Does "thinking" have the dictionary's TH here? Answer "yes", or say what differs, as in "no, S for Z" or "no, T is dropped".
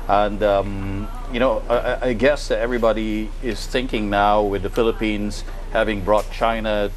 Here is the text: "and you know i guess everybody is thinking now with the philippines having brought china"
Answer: yes